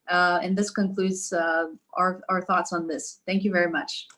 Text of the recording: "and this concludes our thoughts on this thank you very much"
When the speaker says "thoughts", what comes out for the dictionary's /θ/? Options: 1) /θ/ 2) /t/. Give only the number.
1